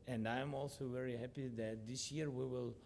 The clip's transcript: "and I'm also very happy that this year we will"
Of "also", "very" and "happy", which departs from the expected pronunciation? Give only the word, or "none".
none